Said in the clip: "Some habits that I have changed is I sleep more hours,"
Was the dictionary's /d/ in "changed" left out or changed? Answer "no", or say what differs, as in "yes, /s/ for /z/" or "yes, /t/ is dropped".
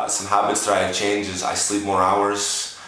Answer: yes, /d/ is dropped